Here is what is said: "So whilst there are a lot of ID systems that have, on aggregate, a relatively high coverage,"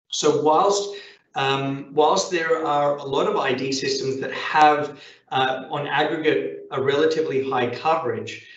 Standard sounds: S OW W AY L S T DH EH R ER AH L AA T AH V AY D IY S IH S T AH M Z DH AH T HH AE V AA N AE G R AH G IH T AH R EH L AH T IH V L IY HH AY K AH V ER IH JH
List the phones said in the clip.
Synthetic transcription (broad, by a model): S OW W AY L S T DH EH R ER AH L AA T AH V AY D IY S IH S T AH M Z DH AH T HH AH V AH N AE G R AH G IH T AH R EH L AH T IH V L IY HH AY K AH V ER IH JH